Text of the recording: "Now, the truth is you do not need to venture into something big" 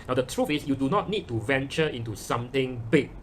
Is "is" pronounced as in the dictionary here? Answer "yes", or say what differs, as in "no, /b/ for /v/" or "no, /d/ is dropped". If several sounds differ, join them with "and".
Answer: no, /s/ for /z/